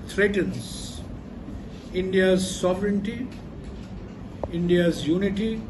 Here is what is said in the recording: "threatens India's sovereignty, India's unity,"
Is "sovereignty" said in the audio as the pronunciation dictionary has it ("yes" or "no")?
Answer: yes